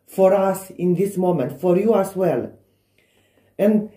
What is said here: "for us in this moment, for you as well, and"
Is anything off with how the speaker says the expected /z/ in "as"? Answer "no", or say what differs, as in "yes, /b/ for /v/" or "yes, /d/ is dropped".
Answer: yes, /s/ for /z/